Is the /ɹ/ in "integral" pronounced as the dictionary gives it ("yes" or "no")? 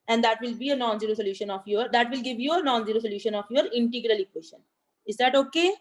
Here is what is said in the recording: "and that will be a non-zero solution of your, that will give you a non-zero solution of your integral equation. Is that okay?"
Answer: yes